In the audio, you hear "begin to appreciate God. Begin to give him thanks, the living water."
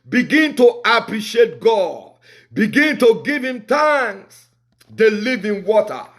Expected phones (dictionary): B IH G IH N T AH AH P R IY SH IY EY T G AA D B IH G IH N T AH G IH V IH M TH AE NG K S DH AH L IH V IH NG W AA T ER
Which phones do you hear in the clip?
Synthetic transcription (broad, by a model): B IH G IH N T AH AH P R IY SH IY EY T G AA D B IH G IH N T AH G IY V IH M T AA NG S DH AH L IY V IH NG W AA T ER